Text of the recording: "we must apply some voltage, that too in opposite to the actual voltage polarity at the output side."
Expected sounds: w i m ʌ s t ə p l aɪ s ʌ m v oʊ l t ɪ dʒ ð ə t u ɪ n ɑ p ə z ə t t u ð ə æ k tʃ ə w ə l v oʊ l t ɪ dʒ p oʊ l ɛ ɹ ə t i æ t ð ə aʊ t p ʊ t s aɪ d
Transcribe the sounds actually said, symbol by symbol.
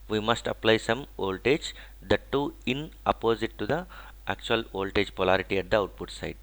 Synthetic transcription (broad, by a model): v i m ʌ s t ə p l aɪ s ʌ m oʊ l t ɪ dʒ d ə t u ɪ n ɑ p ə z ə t t u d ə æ k tʃ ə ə l oʊ l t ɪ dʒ p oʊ l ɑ ɹ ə t i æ t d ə aʊ t p ʊ t s aɪ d